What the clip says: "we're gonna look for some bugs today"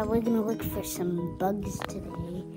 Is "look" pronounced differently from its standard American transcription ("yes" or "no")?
yes